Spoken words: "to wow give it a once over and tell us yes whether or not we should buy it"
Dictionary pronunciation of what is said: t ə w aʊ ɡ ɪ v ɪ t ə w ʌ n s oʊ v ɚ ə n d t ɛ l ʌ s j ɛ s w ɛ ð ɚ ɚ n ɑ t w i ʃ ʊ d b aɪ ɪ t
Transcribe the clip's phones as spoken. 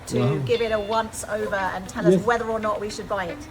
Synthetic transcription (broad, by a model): t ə ɡ ɪ v ɪ t ə w ʌ n s oʊ v ɚ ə n t ɛ l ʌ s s w ɛ ð ɚ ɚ n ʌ t w i ʃ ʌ d b aɪ ɪ t